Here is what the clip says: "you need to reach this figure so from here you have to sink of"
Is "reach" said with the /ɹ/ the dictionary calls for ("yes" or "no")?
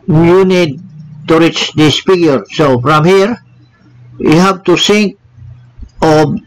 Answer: yes